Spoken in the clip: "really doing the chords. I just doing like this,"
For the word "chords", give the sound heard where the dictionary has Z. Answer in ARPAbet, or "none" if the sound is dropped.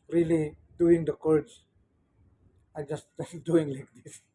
S